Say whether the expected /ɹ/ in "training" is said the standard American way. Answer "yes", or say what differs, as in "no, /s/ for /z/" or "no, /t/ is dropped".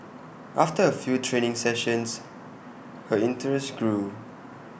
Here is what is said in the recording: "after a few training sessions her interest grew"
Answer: yes